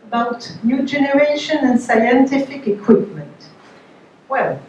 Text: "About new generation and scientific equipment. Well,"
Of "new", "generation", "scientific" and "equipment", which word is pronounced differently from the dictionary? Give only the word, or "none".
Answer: none